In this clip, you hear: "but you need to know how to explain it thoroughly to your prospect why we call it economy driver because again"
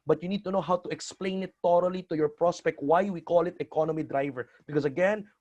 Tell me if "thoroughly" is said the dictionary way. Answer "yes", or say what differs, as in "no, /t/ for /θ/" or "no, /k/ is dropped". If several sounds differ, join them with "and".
no, /t/ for /θ/